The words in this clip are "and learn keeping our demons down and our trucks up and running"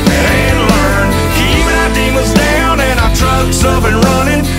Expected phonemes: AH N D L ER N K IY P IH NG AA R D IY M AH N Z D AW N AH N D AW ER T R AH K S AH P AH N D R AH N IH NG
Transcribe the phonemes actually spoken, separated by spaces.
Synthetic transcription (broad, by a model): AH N L ER N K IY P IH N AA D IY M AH Z D AW N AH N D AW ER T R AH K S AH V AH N R AH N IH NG